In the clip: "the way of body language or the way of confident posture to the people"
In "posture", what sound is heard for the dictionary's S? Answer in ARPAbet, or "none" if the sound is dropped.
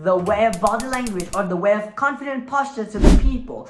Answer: S